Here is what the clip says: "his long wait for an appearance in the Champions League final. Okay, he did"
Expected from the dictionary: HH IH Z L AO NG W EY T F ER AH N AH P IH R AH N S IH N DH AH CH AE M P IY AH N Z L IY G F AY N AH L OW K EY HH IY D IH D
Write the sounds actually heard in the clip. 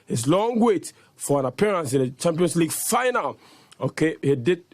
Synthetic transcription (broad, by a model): HH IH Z L AO NG W EY T F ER AH N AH P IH R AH N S IH N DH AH CH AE M P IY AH N S L IY G F AY N AH L OW K EY HH IY D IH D